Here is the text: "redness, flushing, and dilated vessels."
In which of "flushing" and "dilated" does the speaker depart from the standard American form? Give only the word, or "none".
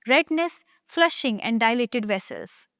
none